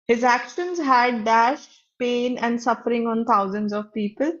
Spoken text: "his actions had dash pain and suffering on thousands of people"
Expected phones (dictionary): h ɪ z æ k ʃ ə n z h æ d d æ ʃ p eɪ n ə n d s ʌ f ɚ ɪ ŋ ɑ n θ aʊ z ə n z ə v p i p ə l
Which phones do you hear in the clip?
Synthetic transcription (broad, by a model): h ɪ z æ k ʃ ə n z h æ d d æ ʃ p eɪ n ə n d s ʌ f ɚ ɪ ŋ ɑ n t aʊ z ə n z ə v p i p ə l